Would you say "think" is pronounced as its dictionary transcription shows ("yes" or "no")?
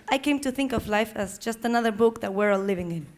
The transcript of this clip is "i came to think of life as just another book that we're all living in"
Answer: yes